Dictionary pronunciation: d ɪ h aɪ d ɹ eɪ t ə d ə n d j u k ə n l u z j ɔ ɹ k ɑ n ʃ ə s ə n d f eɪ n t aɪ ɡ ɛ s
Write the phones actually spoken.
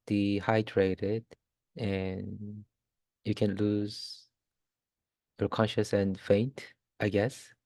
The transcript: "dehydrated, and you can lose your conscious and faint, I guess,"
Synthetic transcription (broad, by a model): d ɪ h aɪ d ɹ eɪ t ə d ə n j u k ə n l u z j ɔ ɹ k ɑ n ʃ ə s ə n f eɪ n t aɪ ɡ ɛ s